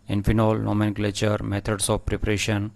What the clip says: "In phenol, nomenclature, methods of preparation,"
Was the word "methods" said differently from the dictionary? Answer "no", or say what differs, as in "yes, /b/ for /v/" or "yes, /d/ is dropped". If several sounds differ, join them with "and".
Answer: yes, /t/ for /θ/ and /s/ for /z/